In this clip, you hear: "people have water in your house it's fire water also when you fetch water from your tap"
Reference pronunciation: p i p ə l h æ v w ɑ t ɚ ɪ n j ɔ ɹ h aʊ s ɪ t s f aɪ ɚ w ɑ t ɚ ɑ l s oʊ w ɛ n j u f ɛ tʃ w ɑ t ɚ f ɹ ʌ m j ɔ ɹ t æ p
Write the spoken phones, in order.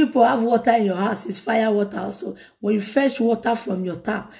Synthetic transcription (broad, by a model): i p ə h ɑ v w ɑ t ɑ ɪ n j ɔ h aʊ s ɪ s f aɪ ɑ w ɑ t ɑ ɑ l s oʊ w ɛ n j u f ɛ ʃ w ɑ t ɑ f ɹ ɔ m j ɔ t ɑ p